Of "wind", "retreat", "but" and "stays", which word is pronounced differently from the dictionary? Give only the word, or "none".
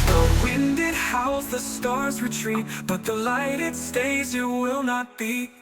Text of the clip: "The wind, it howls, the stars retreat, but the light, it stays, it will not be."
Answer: none